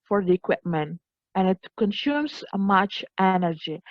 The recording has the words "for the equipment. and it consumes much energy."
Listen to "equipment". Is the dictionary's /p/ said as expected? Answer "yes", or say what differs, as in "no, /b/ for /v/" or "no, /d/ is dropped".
yes